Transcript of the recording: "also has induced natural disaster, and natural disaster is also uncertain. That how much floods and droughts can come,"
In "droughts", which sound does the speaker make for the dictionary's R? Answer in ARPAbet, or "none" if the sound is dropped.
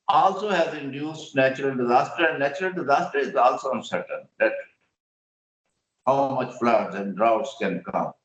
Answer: R